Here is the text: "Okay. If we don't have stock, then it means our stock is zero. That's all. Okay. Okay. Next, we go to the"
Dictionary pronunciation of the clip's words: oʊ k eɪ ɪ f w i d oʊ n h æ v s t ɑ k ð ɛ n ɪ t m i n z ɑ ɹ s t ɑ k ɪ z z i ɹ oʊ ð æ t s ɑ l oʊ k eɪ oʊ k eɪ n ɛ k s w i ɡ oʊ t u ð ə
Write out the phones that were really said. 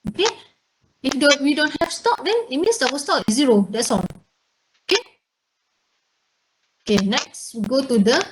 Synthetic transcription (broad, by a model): oʊ k eɪ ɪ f w i d oʊ n h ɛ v s t ɑ k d ɛ n ɪ t m i n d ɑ w s t ɑ k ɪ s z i ɹ oʊ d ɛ t s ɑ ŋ oʊ k eɪ oʊ k eɪ n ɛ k s w i ɡ oʊ t u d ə